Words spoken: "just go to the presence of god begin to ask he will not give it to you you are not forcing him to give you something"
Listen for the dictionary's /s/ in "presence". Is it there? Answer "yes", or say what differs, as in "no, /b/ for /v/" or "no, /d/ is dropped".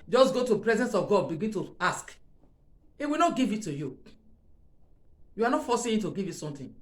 yes